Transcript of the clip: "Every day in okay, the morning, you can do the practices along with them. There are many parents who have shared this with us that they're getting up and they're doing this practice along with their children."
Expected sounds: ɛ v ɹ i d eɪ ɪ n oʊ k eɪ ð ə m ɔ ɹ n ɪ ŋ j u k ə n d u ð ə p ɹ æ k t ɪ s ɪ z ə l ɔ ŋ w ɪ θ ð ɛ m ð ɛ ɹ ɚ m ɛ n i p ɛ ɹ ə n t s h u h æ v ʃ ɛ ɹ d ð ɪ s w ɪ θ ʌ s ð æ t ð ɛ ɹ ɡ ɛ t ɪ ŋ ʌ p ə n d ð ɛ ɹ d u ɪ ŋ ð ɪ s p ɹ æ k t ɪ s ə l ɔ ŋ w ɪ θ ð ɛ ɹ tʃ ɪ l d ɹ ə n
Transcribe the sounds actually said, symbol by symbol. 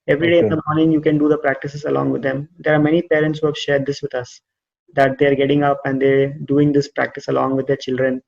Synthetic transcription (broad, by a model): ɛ v ɹ i d eɪ ɪ n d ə m ɔ ɹ n ɪ ŋ j u k ə n d u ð ə p ɹ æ k t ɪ s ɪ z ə l ɔ ŋ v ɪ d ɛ m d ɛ ɹ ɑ m ɛ n i p ɛ ɹ ə n t s h u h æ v ʃ ɛ ɹ d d ɪ s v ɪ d ʌ s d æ t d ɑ ɹ ɡ ɛ t ɪ ŋ ʌ p ə n d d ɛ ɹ d u ɪ ŋ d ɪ s p ɹ æ k t ɪ s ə l ɔ ŋ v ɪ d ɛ ɹ tʃ ɪ l d ɹ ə n